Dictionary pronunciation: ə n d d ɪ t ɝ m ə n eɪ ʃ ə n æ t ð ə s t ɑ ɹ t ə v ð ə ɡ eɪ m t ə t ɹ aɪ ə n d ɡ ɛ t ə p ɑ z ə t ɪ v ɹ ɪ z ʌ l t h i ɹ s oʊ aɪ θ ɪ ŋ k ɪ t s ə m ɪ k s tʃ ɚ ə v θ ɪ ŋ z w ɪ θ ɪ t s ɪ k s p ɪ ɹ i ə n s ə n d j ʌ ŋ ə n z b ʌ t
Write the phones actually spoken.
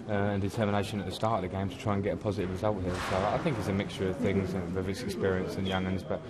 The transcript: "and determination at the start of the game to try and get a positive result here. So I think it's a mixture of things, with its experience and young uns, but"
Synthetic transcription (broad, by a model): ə n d d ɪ t ɝ m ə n eɪ ʃ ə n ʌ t ð ə s t ɑ ɹ t ə v ð ə ɡ eɪ m t ə t ɹ aɪ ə n ɡ ɛ t ə p ɑ z ə t ɪ v ɹ ɪ z ʌ l t h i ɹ s oʊ aɪ θ ɪ ŋ k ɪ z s ə m ɪ k s tʃ ɚ ə v θ ɪ ŋ z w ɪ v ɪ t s ɪ k s p ɪ ɹ i ə n s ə n j ʌ ŋ ə n z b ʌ t